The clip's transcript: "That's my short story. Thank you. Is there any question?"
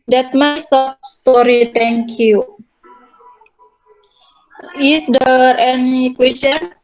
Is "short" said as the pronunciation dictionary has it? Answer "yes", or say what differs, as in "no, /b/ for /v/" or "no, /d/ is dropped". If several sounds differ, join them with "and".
no, /s/ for /ʃ/